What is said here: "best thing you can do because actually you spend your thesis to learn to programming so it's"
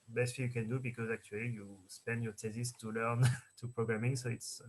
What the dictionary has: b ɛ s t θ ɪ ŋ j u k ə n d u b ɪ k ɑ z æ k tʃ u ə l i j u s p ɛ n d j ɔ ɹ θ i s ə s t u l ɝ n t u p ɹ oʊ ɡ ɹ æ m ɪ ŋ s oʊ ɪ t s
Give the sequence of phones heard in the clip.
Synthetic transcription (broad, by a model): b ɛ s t f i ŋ j u k ə n d u b ɪ k ɑ z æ k tʃ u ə l i j u s p ɛ n d j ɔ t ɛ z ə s t u l ɝ n t u p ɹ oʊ ɡ ɹ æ m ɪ ŋ s oʊ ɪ t s